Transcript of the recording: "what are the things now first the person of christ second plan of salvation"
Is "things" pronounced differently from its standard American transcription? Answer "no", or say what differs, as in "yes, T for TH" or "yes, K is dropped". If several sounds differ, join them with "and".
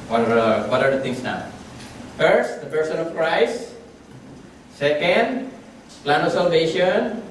yes, T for TH and S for Z